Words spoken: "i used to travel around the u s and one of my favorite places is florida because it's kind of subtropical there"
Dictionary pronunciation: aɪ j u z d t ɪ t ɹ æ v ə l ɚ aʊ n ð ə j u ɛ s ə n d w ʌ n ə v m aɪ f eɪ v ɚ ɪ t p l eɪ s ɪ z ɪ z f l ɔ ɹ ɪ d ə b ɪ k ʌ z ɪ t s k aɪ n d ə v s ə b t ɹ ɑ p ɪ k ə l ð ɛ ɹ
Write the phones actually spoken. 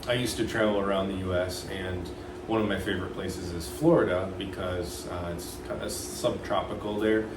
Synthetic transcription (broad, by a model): aɪ j u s t ɪ t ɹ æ v l ɚ aʊ n ð ə j u ɛ s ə n w ʌ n ə v m aɪ f eɪ v ɚ ɪ t p l eɪ s ɪ z ɪ z f l ɔ ɹ ɪ d ə b ɪ k ʌ z ɪ t s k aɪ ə s ə b t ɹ ɑ p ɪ k l ð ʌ ɹ